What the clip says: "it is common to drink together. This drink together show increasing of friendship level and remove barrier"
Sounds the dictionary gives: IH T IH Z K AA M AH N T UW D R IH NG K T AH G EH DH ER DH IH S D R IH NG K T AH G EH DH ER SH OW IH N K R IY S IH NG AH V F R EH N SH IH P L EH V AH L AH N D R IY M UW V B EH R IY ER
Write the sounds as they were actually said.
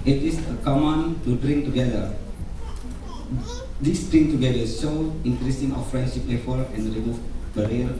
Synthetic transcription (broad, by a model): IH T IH S K AA M AH N T UW D R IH NG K T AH G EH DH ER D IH S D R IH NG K T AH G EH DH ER S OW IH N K R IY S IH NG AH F R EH N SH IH P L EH F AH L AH N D R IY M UW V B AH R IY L